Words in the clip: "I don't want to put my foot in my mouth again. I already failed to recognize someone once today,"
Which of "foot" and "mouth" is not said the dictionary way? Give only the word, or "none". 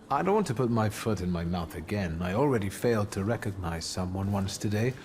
none